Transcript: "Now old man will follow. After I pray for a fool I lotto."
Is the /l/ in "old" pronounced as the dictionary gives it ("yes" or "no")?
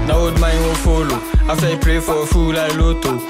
no